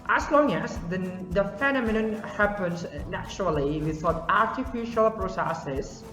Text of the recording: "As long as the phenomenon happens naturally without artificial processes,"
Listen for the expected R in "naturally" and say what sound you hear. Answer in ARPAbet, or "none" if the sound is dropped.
R